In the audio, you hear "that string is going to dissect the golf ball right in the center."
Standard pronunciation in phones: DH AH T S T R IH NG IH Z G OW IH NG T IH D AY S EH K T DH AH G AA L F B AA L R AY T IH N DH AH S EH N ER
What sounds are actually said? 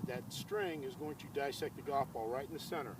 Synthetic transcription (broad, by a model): DH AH T S T R IH NG IH Z G OW IH NG T IH D AY S EH K T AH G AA F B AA L R AY T N DH AH S EH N ER